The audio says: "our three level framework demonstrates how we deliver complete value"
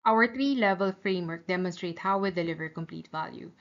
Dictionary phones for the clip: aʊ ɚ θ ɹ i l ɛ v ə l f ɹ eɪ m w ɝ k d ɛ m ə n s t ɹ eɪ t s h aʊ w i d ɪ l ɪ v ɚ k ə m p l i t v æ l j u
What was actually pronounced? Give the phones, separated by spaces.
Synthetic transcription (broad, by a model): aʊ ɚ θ ɹ i l ɛ v ə l f ɹ eɪ m w ɝ k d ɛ m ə n s t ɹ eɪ t h aʊ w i d ɪ l ɪ v ɚ k ə m p l i t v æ l j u